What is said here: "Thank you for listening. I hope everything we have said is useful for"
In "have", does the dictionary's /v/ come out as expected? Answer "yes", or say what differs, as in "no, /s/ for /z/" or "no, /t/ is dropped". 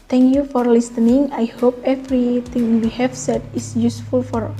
no, /f/ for /v/